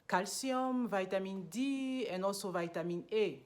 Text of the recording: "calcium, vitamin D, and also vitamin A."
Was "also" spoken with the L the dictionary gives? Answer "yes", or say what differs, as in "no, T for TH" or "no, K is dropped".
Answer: no, L is dropped